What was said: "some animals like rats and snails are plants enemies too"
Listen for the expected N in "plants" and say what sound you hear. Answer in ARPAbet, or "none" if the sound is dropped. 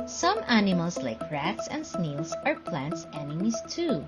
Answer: N